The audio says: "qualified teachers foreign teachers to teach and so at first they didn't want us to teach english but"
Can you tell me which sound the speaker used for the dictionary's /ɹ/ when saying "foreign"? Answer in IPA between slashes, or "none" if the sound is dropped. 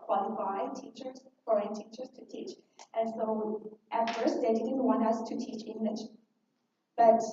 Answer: none